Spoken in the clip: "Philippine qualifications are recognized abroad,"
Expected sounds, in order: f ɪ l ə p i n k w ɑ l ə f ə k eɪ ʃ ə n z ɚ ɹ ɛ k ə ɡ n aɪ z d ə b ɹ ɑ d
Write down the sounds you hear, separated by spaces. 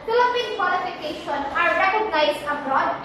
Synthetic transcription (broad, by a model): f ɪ l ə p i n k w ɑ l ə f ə k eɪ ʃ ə n ɑ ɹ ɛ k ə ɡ n aɪ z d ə b ɹ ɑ d